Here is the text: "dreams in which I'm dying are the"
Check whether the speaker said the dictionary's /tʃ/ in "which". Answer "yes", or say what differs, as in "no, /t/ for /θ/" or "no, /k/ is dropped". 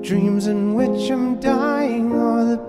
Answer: yes